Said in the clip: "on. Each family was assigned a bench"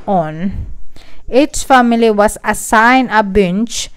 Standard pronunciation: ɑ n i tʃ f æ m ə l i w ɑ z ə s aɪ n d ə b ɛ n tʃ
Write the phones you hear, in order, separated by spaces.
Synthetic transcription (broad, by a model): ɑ n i s f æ m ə l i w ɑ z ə s aɪ n ə b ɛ n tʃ